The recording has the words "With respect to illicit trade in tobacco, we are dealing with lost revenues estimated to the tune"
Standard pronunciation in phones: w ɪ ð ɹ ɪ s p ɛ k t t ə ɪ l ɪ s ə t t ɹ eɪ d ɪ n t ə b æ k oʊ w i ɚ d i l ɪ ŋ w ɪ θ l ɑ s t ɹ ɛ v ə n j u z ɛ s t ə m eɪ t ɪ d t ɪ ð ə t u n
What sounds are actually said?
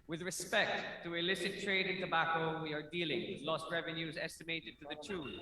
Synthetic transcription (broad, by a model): w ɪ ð ɹ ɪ s p ɛ k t t ə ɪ l ɪ s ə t t ɹ eɪ d ɪ n t ə b æ k oʊ w i ɚ d i l ɪ ŋ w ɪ l ɑ s t ɹ ɛ v ə n j u z ɛ s t ə m eɪ t ɪ d t ɪ ð ə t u